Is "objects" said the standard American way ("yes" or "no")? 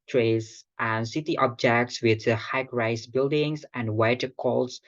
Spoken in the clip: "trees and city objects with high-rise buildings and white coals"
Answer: yes